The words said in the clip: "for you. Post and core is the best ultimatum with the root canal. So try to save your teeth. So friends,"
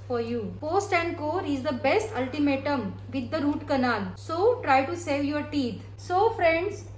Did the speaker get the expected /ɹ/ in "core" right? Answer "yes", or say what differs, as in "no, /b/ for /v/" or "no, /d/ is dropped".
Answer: yes